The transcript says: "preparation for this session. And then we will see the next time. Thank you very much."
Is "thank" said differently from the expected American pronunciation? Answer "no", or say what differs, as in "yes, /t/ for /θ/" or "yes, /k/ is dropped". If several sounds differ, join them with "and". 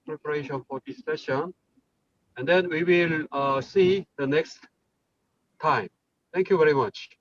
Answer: yes, /t/ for /θ/